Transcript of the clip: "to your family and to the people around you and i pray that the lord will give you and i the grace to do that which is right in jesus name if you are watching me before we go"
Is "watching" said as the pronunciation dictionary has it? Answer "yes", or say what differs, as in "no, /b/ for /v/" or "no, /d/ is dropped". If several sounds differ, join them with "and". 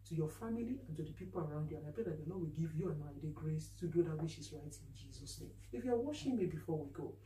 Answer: no, /ʃ/ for /tʃ/